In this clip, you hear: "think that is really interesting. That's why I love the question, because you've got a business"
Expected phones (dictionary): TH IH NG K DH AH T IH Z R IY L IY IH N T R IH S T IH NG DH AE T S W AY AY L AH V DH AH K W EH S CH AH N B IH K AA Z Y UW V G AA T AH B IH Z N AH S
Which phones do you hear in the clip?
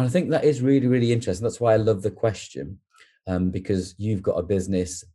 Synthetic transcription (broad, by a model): TH IH NG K DH AH T IH Z R IY L IY IH N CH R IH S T IH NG DH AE T S W AY AY L AH V DH AH K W EH S CH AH N B IH K AA Z Y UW V G AA T AH B IH Z N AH S